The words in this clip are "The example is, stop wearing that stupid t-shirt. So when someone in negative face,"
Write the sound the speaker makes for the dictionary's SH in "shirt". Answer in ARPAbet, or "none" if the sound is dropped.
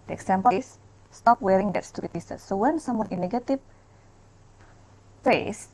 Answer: S